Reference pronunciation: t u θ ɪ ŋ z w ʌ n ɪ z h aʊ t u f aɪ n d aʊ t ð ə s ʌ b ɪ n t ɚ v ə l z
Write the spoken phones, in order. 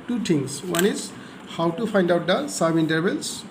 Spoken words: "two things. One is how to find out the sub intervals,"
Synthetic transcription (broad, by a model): t u t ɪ ŋ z w ʌ n ɪ z h aʊ t u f aɪ n d aʊ t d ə s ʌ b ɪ n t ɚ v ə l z